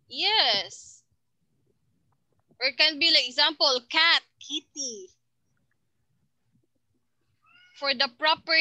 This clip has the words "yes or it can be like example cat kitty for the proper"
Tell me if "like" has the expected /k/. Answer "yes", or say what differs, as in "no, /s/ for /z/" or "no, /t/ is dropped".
no, /k/ is dropped